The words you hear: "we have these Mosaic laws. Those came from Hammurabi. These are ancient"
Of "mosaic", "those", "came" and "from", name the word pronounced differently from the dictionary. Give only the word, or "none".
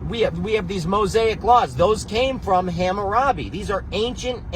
none